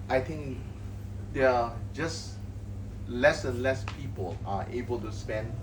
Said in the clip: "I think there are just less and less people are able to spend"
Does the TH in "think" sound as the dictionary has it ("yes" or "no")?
no